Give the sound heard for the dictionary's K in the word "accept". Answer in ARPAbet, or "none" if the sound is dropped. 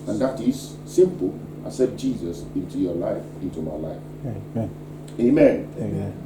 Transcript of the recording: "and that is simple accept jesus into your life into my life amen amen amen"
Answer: none